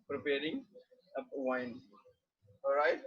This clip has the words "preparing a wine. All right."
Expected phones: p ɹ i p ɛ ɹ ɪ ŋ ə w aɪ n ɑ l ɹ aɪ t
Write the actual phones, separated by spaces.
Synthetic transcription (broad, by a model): p ɹ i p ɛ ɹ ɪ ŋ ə w aɪ n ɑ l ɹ aɪ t